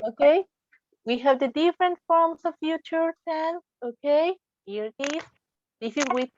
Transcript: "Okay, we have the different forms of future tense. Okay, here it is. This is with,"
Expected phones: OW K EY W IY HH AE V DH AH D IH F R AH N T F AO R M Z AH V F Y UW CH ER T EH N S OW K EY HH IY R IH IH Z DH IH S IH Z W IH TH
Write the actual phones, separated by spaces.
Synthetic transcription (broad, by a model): OW K EY W IY HH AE V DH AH D IH F R AH N T F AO R M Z AH V F Y UW CH ER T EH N OW K EY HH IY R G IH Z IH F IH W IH